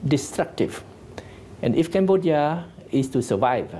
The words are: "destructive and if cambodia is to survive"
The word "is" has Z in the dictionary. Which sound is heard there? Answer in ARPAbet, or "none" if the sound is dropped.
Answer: S